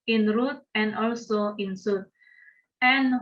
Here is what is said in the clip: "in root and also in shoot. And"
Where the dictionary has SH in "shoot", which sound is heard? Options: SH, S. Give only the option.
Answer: S